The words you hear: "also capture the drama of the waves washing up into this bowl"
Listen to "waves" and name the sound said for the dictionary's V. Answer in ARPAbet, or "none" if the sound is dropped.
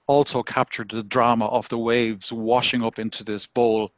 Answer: V